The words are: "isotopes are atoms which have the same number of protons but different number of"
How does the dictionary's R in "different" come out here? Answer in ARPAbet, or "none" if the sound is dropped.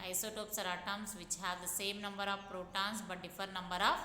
none